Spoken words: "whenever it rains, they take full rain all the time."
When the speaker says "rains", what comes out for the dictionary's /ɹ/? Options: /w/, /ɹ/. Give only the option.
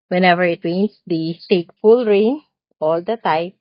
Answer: /w/